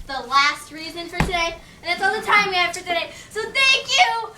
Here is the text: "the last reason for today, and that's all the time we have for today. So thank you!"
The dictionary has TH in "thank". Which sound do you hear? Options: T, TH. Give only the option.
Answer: TH